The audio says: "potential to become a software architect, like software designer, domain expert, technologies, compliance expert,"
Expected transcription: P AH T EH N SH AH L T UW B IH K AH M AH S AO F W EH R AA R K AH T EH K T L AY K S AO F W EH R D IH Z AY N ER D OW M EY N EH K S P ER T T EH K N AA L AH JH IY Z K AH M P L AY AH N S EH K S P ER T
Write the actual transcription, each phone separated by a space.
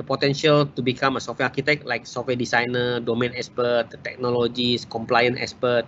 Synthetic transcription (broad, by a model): P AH T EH N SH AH L T UW B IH K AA M AH S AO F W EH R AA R K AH T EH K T L AY K S AO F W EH D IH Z AY N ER D OW M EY N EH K S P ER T T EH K N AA L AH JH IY S K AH M P L AY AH N EH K S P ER T